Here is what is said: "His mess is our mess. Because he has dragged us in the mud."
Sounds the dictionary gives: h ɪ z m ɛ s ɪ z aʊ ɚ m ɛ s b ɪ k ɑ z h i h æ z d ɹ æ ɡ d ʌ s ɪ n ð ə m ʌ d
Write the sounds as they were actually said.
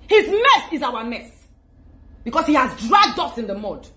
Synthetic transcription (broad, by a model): h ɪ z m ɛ s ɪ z aʊ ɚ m ɛ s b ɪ k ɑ s h i h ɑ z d ɹ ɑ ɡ d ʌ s ɪ n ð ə m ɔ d